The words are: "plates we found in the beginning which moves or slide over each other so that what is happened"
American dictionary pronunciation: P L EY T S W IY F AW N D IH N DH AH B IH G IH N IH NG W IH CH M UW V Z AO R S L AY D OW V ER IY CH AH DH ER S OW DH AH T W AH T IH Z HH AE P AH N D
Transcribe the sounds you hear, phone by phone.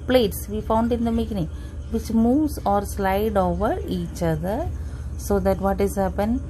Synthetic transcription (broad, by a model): P L EY T S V IY F AW N D IH N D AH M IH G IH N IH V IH CH M UW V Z AO R S L AY D OW V ER IY CH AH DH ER S OW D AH T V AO T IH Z HH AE P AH N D